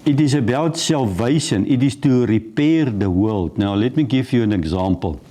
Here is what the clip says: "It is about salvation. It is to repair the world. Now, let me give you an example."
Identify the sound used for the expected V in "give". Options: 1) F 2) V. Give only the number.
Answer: 1